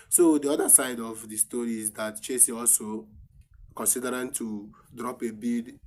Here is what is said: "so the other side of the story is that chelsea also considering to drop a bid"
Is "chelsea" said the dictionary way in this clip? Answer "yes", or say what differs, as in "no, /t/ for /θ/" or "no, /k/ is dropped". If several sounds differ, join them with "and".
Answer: no, /l/ is dropped